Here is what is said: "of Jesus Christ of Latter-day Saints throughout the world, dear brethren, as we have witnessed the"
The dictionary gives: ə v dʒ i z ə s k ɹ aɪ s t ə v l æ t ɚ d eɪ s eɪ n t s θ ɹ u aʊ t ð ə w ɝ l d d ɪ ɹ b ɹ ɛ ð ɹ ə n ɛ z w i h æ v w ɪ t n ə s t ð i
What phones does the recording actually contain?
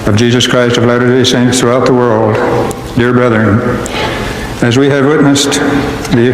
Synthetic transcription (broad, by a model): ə v dʒ i z ə s k ɹ aɪ s t ə v l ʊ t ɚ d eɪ s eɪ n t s θ ɹ u aʊ t ð ə w ɝ l d d ɪ ɹ b ɹ ɛ ð ɹ ə n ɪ z w i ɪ v w ɪ t n ə s t ð i